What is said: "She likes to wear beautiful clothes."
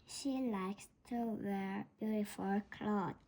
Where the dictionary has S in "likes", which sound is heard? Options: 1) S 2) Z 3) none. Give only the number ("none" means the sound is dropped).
1